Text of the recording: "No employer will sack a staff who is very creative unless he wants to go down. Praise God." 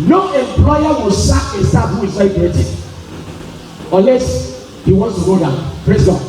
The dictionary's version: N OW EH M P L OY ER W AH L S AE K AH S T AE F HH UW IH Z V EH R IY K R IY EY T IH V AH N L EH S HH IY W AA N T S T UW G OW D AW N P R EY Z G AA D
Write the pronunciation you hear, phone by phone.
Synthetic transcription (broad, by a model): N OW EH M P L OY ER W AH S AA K AH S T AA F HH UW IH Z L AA IY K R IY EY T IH AH N L EH S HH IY W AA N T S T UW G OW D AW N P R EY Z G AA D